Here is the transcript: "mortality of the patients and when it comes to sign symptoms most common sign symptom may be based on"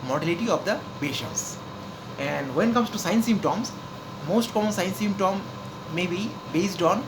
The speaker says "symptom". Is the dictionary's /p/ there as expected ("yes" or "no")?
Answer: no